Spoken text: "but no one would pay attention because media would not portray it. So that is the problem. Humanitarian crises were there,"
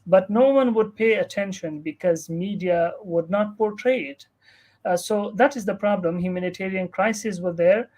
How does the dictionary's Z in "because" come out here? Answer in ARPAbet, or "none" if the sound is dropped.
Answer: Z